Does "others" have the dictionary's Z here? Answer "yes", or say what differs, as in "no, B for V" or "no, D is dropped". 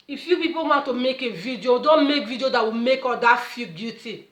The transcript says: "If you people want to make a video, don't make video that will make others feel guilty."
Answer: no, Z is dropped